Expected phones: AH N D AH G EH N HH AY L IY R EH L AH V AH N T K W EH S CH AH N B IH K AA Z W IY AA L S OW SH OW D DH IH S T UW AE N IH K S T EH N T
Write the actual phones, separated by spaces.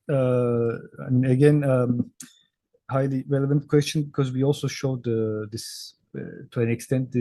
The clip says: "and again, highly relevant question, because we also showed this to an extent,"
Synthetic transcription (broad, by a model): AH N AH G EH N HH AY L IY R EH L AH V AH N T K W EH S CH AH N B IH K AA Z W IY AA L S OW SH OW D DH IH S T UW AE N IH K S T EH N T